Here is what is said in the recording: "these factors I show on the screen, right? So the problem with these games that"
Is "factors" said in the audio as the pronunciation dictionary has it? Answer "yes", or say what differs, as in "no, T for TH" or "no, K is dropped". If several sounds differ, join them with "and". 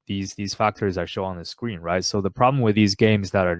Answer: yes